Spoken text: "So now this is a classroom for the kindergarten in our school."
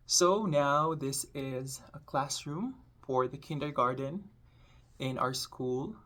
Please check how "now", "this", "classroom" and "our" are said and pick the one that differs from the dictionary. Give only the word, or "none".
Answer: none